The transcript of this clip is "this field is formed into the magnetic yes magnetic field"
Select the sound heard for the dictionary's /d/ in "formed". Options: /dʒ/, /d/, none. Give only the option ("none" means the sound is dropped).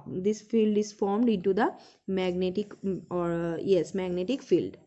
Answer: /d/